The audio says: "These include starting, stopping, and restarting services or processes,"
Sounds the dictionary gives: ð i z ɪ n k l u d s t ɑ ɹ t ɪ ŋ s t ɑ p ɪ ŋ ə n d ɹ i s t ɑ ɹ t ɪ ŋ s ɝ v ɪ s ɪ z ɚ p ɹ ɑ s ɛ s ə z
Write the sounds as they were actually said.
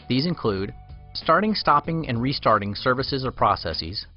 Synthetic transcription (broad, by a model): ð i z ɪ n k l u d s t ɑ ɹ t ɪ ŋ s t ɑ p ɪ ŋ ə n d ɹ i s t ɑ ɹ t ɪ ŋ s ɝ v ɪ s ɪ z ɚ p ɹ ɑ s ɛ s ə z